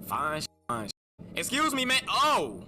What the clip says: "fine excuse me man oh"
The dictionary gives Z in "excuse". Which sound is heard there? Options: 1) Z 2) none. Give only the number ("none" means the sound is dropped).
1